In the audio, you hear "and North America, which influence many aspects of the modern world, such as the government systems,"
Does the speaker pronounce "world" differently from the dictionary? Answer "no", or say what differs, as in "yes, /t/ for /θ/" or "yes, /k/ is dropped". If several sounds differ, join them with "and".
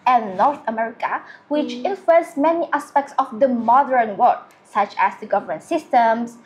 yes, /l/ is dropped